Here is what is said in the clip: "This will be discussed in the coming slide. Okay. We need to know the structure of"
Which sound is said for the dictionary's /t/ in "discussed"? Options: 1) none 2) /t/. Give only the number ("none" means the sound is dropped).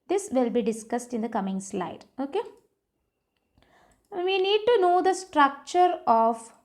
2